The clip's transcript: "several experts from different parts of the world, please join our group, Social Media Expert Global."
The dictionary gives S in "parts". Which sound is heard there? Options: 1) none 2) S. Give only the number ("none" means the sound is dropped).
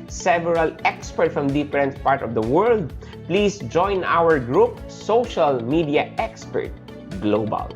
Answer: 1